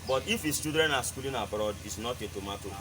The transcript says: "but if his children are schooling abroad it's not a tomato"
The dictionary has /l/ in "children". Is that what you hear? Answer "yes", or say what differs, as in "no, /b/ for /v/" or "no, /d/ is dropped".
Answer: no, /l/ is dropped